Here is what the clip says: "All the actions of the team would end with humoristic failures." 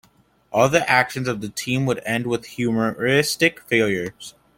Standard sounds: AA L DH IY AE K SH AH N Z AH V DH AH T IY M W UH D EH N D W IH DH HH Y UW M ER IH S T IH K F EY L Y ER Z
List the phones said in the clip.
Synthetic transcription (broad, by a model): AA L DH IY AE K SH AH N Z AH V DH AH T IY M W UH D EH N D W IH DH HH Y UW M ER IH S T IH K F EY L Y ER Z